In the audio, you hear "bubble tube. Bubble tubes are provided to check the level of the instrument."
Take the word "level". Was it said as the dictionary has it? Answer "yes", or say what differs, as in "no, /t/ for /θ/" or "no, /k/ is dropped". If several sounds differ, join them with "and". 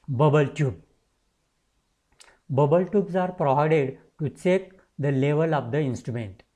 yes